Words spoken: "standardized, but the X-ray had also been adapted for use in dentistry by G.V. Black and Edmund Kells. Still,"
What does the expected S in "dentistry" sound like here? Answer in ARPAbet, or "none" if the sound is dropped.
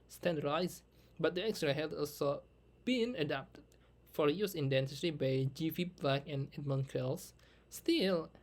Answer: none